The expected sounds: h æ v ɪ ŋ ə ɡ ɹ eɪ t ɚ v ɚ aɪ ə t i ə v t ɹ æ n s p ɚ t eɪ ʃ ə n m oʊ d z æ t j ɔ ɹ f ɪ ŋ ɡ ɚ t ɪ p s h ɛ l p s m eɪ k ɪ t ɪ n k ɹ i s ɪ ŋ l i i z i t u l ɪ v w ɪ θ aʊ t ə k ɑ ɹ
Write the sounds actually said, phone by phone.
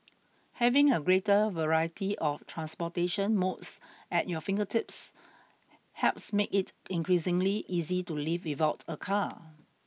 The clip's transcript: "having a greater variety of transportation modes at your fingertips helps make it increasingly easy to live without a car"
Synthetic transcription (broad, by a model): h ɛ v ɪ ŋ ə ɡ ɹ eɪ t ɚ v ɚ aɪ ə t i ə f t ɹ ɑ n s p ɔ t eɪ ʃ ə n m oʊ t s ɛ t j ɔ f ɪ ŋ ɡ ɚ t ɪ p s h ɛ p s m eɪ k ɪ t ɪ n k ɹ i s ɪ ŋ l i i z i t u l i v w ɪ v aʊ t ə k ɑ